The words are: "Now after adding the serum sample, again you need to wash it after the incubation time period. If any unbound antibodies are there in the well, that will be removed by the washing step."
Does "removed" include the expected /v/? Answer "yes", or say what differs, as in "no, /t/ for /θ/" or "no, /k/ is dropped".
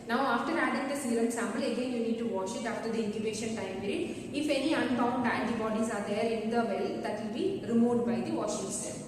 no, /v/ is dropped